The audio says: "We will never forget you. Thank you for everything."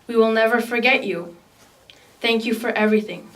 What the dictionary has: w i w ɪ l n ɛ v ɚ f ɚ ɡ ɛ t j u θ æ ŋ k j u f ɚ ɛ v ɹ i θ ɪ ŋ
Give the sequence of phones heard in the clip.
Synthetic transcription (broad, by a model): w i w ɪ l n ɛ v ɚ f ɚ ɡ ɛ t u θ æ ŋ k j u f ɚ ɛ v ɹ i θ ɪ ŋ